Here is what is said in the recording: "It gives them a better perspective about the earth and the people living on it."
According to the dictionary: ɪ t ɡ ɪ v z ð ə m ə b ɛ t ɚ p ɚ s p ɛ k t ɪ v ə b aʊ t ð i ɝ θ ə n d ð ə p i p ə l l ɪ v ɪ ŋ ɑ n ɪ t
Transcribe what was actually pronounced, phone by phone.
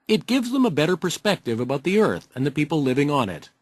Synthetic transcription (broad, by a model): ɪ t ɡ ɪ v z ð ə m ə b ɛ t ɚ p ɚ s p ɛ k t ɪ v ə b aʊ t ð i ɝ θ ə n ð ə p i p l l ɪ v ɪ ŋ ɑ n ɪ t